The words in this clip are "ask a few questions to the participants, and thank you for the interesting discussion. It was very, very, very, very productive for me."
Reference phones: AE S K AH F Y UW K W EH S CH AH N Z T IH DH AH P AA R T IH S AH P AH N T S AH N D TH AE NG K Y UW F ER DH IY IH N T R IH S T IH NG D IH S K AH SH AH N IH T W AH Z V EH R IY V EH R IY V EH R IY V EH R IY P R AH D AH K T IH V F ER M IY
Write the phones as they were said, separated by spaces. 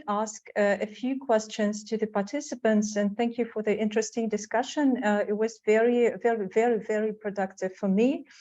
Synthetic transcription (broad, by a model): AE S K AH F Y UW K W EH S CH AH N Z T IH DH AH P AA R T IH S AH P AH N T S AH N TH AE NG K Y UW F ER DH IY IH N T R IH S T IH NG D IH S K AH SH AH N IH T W AH Z V EH R IY V EH R IY V EH R IY V EH R IY P R AH D AH K T IH V F ER M IY